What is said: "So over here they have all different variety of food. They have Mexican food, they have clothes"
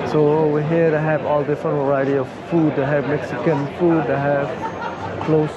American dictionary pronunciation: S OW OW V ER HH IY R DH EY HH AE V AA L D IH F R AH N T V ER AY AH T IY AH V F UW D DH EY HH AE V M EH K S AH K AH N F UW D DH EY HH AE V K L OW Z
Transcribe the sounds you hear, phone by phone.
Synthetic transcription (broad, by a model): S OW OW W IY HH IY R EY HH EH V AA L D IH F R AH N T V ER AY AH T IY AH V F UW D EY HH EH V M EH K S AH K AH N F UW D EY HH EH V K L OW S